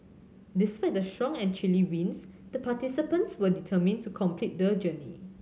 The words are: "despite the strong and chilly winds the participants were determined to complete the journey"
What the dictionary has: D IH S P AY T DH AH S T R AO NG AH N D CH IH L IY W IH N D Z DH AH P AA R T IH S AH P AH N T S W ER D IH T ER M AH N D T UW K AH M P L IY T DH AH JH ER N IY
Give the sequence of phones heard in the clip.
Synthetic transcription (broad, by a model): D IH S P AY T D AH S T R AO NG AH N CH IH L IY W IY N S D AH P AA T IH S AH P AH N T S W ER D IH T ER M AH N T UW K AH M P L IY T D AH JH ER N IY